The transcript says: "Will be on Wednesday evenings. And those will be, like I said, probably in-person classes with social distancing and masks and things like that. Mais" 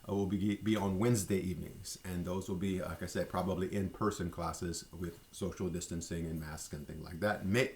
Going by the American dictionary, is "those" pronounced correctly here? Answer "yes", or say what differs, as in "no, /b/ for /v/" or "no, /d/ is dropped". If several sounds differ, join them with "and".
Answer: yes